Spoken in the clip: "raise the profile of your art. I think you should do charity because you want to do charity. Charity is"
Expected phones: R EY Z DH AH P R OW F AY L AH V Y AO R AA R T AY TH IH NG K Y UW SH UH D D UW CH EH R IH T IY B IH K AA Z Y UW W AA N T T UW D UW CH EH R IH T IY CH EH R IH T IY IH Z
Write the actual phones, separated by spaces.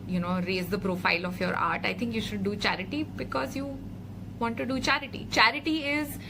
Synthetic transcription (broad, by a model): R EY Z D AH P R OW F AY L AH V Y AO R AA R T AY T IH NG K Y UW SH UH D D UW CH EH R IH T IY B IH K AA Z Y UW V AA N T T UW D UW CH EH R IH T IY CH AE R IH T IY IH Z